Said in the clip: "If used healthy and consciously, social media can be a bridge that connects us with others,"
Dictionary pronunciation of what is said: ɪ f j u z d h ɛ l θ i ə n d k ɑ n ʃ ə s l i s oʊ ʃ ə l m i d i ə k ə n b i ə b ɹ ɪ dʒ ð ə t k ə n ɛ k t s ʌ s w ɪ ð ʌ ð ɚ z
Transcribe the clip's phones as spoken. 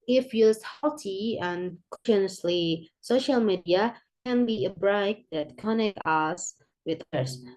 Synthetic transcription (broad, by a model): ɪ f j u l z h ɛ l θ i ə n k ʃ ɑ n ə s l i s oʊ ʃ ə l m i d i ə k ə n b i ə b ɹ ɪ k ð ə t k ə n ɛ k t ʌ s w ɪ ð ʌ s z